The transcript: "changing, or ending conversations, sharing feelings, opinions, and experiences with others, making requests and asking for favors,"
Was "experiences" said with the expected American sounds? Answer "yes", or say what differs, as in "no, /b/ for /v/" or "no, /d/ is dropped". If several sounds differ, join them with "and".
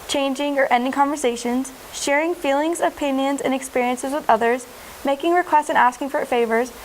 yes